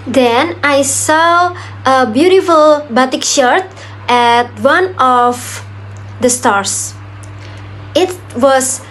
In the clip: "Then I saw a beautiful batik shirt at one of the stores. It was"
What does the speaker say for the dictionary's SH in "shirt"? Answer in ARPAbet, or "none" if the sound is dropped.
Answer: SH